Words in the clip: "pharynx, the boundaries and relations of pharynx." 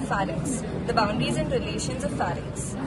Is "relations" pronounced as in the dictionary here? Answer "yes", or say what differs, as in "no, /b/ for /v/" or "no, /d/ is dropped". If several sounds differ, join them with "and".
yes